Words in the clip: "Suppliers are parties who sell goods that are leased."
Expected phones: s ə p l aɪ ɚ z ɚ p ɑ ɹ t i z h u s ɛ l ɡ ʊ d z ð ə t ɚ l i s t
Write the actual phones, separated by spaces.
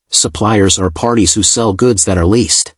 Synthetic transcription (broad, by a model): s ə p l aɪ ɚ z ɚ p ɑ ɹ t i z h u s ɛ l ɡ ʊ d z ð ə t ɚ l i s t